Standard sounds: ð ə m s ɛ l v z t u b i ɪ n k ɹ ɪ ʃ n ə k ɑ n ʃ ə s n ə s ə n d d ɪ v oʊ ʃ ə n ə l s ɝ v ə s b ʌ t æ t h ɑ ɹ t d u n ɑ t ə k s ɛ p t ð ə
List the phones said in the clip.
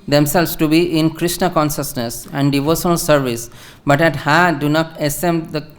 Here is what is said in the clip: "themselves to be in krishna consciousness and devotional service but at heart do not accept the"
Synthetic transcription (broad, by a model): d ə m s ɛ l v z t u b i ɪ n k ɹ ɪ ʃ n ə k ɑ n ʃ ə s n ə s ə n d d ɪ v oʊ ʃ ə n ə l s ɝ v ə s b ʌ t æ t h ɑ d u n ɑ t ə s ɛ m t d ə